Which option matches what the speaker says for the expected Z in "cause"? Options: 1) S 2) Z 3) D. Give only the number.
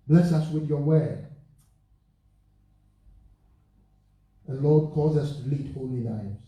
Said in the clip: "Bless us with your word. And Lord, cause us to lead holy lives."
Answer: 2